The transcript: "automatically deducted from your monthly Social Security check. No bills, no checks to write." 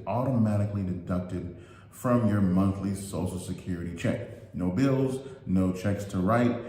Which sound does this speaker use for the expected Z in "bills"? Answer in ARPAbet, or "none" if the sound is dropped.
Z